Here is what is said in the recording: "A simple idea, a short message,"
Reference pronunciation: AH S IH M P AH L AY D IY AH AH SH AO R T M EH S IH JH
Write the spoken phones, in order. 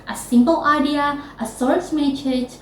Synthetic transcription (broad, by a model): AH S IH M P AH L AY D IY AH AH S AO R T M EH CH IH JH